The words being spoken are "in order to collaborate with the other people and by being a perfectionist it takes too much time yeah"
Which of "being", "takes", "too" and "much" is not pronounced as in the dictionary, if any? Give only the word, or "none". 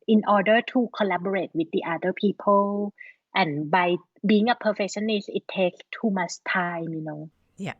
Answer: much